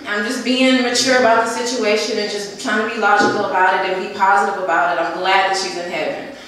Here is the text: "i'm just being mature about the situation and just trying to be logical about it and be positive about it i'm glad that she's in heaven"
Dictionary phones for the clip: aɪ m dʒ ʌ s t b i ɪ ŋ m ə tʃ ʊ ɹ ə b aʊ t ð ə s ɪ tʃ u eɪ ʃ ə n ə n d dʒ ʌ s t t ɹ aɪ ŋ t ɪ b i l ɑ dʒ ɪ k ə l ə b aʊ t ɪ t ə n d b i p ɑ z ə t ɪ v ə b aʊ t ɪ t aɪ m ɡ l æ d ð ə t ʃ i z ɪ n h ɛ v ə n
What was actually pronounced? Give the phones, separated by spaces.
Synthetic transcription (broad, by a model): aɪ m dʒ ʌ s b i ɪ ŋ m ə tʃ ʊ ɹ ə b aʊ t ð ə s ɪ tʃ u eɪ ʃ ə n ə n dʒ ʌ s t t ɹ aɪ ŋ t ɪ b i l ɑ dʒ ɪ k l ə b aʊ t ɪ t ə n b i p ɑ z ə t ɪ v ə b aʊ t ɪ t aɪ m ɡ l æ d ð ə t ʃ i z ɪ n h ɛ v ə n